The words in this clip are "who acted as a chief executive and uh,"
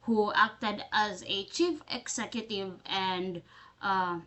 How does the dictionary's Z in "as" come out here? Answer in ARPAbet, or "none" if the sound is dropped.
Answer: Z